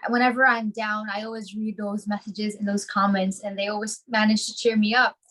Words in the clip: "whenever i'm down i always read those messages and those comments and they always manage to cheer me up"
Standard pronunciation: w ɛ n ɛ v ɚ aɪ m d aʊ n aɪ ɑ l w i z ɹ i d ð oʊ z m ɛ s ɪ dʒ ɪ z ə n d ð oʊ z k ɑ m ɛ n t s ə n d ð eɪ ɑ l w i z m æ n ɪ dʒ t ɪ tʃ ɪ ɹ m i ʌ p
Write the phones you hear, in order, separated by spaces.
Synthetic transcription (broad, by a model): w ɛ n ɛ v ɚ aɪ m d aʊ n aɪ ɑ l w i z ɹ i d ð oʊ z m ɛ s ɪ dʒ ɪ z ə n ð oʊ z k ɑ m ɛ n t s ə n ð eɪ ɑ l w i z m æ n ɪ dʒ t ɪ tʃ ɪ ɹ m i ʌ p